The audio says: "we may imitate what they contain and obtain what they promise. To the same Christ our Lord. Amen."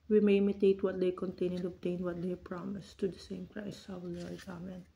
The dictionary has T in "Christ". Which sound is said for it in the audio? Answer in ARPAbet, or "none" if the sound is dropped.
none